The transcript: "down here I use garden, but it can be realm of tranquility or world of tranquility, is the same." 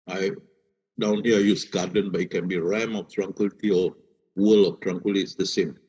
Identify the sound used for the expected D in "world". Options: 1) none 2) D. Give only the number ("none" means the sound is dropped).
1